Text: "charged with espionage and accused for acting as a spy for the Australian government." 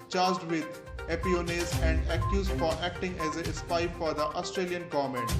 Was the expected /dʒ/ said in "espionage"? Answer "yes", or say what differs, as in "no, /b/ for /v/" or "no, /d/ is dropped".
no, /z/ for /dʒ/